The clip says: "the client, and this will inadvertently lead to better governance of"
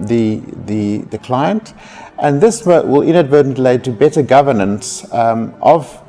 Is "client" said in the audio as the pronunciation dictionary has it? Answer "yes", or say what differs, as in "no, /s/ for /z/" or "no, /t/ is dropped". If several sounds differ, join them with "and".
yes